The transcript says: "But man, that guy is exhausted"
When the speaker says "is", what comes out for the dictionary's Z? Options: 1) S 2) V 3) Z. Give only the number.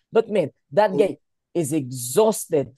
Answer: 3